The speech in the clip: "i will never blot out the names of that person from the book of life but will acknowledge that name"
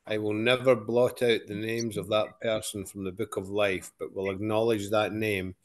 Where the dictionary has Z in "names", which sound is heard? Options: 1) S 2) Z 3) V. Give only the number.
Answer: 2